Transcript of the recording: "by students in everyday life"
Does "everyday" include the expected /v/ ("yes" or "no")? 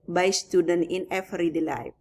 no